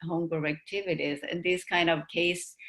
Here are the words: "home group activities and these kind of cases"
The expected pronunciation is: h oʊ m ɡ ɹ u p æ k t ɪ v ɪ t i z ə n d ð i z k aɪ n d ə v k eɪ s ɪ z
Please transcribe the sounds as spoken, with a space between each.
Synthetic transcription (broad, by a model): h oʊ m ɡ ʌ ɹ æ k t ɪ v ɪ t i z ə n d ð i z k aɪ n d ə v k eɪ ɪ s